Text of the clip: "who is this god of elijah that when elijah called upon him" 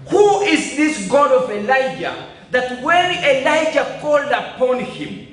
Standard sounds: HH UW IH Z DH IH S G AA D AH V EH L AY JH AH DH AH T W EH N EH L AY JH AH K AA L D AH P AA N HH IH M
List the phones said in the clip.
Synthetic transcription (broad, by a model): HH UW IH Z DH IH S G AA D AH V EH L AY JH AH DH AH T W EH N EH L AY JH AH K AA L D AH P AA N HH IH M